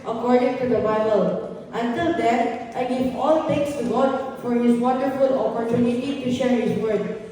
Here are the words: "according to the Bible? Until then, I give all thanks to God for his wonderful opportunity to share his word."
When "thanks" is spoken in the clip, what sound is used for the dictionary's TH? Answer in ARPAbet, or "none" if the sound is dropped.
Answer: T